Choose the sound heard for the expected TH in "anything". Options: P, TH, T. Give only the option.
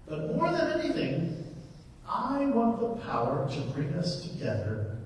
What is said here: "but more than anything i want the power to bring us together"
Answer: TH